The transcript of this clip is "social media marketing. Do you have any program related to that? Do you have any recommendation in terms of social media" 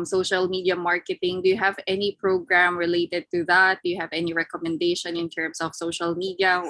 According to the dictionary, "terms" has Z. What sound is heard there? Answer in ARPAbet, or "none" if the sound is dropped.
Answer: S